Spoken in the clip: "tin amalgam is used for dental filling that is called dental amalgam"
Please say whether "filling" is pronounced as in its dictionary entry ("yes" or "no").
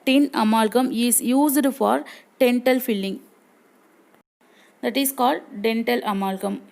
yes